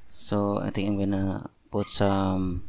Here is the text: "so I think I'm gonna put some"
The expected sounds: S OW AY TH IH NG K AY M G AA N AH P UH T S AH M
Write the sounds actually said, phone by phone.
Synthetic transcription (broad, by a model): S OW AY T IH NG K AY M G AA N AH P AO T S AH M